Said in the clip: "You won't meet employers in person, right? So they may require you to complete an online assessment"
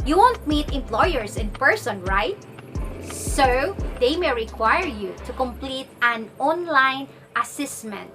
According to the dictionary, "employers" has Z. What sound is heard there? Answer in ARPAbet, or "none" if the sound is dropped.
S